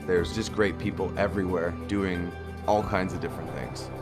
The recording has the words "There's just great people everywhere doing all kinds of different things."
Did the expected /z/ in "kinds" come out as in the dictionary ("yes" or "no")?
yes